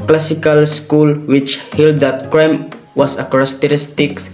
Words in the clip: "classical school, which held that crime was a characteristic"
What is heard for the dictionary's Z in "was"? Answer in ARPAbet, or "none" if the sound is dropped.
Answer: S